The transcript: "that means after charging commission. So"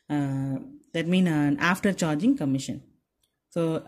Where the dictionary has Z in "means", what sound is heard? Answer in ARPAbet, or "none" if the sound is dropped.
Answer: none